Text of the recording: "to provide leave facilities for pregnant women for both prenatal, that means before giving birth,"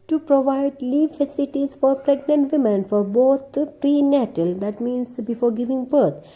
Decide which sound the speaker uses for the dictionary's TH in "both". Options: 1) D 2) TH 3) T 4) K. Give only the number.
3